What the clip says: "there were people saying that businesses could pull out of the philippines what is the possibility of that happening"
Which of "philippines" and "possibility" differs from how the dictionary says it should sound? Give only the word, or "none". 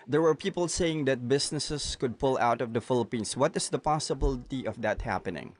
philippines